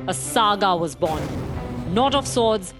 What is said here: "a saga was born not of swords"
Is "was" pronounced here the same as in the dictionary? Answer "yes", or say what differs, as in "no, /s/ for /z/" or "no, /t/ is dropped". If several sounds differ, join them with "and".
yes